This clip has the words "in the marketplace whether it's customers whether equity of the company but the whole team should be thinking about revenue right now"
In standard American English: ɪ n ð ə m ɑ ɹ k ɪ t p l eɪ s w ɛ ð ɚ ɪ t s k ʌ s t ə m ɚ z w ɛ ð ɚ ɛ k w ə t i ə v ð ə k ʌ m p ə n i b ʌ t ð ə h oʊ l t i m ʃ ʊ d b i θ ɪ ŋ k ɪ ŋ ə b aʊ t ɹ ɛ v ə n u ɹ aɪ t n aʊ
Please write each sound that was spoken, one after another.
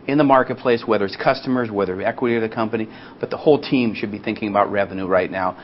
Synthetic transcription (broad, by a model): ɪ n ð ə m ɑ ɹ k ɪ t p l eɪ s w ɛ ð ɚ ɪ t s k ʌ s t ə m ɚ z w ɛ ð ɚ ɛ k w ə t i ə v ð ə k ʌ m p ə n i b ʌ t ð ə h oʊ l t i m ʃ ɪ d b i θ ɪ ŋ k ɪ ŋ ə b aʊ t ɹ ɛ v ə n u ɹ aɪ t n aʊ